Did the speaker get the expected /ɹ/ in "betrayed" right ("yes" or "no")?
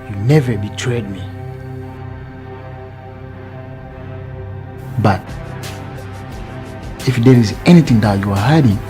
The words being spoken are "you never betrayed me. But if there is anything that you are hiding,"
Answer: yes